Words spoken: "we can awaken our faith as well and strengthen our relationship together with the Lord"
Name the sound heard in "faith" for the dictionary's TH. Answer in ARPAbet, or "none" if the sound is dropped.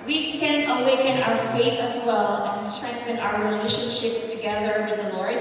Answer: TH